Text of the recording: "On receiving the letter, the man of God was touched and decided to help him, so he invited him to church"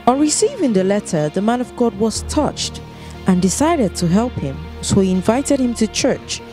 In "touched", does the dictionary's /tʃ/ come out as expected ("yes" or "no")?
yes